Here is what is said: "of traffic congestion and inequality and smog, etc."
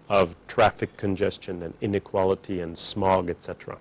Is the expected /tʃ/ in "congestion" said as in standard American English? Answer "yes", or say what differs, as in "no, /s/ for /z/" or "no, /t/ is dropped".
yes